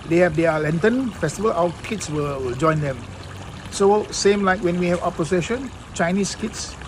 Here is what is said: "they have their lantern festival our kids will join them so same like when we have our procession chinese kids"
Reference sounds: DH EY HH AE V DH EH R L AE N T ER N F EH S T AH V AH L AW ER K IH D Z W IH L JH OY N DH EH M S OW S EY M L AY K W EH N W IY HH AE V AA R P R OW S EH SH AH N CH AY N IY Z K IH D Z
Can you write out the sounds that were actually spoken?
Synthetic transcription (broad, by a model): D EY HH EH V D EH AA L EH N T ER N F EH S T AH V AH L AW K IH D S W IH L JH OY N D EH M S OW S EY M L AY K W EH N W IY HH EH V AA P OW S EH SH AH N CH AY N IY S K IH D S